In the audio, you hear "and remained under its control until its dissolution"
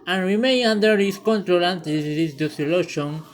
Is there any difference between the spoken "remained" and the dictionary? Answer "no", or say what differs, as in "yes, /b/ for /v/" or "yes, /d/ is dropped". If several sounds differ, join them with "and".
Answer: yes, /d/ is dropped